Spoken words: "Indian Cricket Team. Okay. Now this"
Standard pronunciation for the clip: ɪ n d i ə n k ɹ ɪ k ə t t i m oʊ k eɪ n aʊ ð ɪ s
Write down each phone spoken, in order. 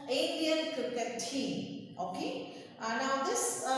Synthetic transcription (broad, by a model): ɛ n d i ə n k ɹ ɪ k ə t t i oʊ k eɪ n aʊ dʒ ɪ s